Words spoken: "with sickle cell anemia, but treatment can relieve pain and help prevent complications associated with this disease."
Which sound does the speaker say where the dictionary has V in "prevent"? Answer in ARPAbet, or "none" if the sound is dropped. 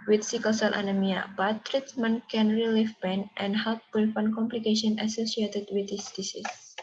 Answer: F